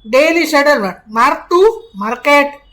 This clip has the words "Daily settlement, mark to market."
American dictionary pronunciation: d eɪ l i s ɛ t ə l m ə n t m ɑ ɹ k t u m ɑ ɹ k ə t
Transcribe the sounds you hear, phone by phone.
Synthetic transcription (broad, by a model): d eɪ l i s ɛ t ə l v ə t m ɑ ɹ t u m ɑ ɹ k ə t